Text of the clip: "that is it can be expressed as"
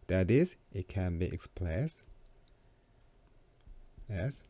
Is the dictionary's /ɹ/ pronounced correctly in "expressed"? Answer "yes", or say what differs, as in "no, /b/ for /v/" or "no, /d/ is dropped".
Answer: no, /l/ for /ɹ/